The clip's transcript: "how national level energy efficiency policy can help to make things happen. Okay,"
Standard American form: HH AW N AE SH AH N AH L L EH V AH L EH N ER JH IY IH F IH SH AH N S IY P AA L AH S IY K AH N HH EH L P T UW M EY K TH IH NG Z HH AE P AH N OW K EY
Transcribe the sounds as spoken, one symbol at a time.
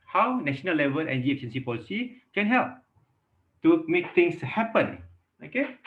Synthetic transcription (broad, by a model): HH AW N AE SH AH N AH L L EH V AH L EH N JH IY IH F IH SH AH N S IY P AA L AH S IY K AH N HH EH L P T UW M EY K T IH NG S HH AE P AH N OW K EY